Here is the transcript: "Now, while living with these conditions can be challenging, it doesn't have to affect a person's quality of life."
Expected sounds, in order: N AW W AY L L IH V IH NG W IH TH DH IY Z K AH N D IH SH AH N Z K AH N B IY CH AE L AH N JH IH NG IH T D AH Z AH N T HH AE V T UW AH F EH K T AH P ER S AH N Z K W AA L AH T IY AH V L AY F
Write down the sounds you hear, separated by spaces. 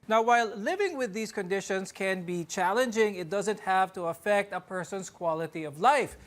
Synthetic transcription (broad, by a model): N AW W AY L L IH V IH NG W IH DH IY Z K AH N D IH SH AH N S K AH N B IY CH AE L AH N JH IH NG IH T D AH Z AH N T HH AE V T UW AH F EH K T AH P ER S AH N S K W AA L AH T IY AH V L AY F